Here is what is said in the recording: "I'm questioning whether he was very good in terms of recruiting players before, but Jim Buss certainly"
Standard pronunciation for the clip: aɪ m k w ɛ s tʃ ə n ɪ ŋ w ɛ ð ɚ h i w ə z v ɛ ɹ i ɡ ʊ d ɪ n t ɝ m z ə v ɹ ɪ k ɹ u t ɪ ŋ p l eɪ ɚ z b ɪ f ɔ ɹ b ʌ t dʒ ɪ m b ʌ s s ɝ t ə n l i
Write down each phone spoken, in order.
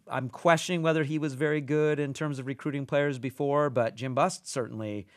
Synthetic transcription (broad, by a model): aɪ m k w ɛ s tʃ ə n ɪ ŋ w ɛ ð ɚ i w ə z v ɛ ɹ i ɡ ʊ d ɪ n t ɝ m z ə v ɹ ɪ k ɹ u t ɪ ŋ p l eɪ ɚ z b ɪ f ɔ ɹ b ʌ t dʒ ɪ m b ʌ s s ɝ t n l i